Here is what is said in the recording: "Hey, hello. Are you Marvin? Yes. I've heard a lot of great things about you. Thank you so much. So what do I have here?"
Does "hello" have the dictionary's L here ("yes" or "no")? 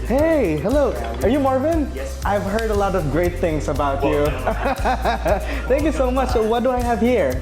yes